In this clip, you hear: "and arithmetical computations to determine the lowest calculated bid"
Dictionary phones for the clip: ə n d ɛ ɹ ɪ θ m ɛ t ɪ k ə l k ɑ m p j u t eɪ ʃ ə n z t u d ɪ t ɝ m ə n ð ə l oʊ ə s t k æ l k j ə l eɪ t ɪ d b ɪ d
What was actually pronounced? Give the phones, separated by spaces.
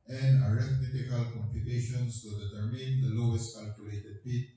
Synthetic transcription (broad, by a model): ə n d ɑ ɹ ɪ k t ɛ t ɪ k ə l k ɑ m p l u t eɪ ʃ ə n s t u d ɪ t ɝ m ə n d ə l oʊ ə s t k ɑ l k j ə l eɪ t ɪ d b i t